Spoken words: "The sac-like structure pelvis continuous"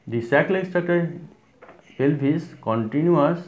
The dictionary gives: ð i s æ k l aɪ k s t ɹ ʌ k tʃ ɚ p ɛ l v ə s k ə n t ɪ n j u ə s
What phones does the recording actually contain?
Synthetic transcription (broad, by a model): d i s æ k l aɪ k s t ʌ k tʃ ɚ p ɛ l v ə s k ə n t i n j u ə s